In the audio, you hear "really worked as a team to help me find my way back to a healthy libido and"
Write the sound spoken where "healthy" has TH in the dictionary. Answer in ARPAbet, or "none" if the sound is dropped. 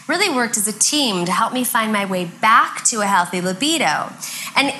TH